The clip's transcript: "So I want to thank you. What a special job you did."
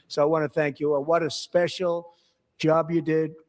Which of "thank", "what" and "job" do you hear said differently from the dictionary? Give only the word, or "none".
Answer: none